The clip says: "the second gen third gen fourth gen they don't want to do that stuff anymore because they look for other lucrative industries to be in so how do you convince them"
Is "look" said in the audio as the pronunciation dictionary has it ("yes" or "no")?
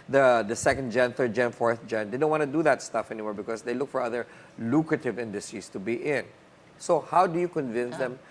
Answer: yes